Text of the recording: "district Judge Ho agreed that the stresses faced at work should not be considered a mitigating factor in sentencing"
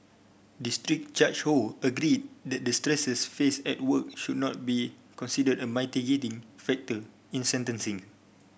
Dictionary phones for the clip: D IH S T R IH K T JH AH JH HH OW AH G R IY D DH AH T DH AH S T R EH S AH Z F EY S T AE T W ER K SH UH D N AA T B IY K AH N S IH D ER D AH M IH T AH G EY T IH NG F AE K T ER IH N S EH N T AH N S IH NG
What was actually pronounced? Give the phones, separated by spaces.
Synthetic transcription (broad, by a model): D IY S T R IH K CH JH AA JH HH OW AH G R IY D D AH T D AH S T R EH S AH S F EY S EH T W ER K SH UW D N AA T B IY K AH N S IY D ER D AH M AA T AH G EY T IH NG F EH K T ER IH N S EH N T AH N S IH NG